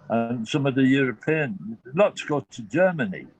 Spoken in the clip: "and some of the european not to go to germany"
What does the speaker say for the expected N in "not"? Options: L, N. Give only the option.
L